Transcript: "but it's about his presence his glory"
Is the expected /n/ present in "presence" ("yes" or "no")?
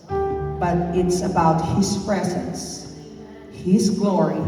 yes